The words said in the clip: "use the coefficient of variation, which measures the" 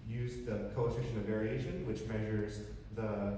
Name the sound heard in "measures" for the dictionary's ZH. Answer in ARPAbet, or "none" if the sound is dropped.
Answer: ZH